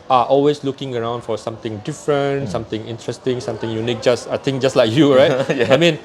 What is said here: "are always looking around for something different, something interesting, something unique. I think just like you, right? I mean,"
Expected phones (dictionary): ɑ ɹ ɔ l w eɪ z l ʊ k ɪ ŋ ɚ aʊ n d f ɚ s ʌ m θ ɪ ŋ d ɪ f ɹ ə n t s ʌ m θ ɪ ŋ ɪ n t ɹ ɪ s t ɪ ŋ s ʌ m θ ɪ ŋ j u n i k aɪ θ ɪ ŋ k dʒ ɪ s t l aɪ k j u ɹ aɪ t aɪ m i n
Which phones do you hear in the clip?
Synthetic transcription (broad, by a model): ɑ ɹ ɔ l w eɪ s l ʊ k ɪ ŋ ɚ aʊ n d f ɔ s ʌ m t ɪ ŋ d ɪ f ɹ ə n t s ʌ m t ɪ ŋ ɪ n t ɹ ɪ s t ɪ ŋ s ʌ m t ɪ ŋ j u n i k aɪ t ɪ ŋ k dʒ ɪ s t l aɪ k j u ɹ aɪ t aɪ m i n